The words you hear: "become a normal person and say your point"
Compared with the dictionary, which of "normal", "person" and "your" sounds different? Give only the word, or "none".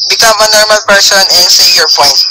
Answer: person